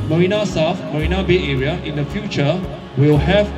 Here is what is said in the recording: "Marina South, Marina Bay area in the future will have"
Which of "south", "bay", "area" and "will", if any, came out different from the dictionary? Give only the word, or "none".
south